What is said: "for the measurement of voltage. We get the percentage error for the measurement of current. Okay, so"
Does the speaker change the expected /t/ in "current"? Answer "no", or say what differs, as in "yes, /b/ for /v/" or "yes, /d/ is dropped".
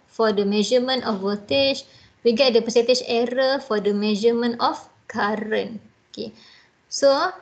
yes, /t/ is dropped